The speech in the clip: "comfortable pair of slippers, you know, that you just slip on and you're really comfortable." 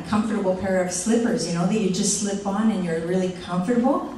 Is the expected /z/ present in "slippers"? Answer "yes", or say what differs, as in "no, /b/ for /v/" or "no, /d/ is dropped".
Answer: yes